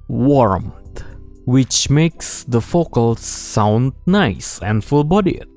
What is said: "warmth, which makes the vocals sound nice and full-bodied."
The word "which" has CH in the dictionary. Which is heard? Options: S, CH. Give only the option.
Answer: CH